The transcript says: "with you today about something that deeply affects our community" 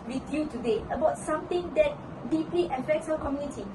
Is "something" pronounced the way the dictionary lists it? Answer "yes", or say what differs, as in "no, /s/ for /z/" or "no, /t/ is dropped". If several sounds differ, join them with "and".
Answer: no, /t/ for /θ/